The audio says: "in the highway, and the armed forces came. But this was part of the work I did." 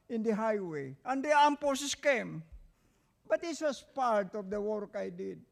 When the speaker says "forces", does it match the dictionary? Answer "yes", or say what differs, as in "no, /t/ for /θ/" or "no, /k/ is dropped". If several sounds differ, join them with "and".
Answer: no, /s/ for /z/